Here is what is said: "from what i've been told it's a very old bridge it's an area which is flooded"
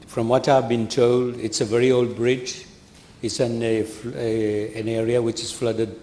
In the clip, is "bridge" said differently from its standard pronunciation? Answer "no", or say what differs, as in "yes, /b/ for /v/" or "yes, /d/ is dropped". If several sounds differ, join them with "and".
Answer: no